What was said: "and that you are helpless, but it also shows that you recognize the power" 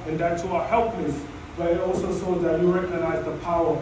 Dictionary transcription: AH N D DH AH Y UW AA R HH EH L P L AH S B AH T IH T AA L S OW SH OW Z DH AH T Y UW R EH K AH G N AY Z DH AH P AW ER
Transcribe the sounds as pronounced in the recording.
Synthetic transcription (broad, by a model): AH N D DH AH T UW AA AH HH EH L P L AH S B AH T IH T AA L S OW S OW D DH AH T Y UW R EH K AH G N AY Z DH AH P AW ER